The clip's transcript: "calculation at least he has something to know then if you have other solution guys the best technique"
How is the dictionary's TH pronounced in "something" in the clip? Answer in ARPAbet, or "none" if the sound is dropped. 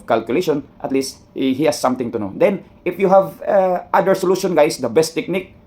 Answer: T